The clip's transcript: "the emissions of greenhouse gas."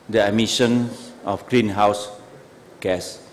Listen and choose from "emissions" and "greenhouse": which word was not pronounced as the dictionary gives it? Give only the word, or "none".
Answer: emissions